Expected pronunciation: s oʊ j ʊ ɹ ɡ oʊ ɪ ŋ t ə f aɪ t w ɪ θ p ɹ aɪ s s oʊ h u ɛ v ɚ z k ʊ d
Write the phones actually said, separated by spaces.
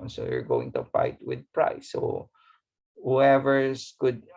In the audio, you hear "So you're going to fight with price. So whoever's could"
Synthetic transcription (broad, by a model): s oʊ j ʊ ɹ ɡ oʊ ɪ ŋ t ə f aɪ t w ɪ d p ɹ aɪ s s oʊ h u ɛ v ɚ k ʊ d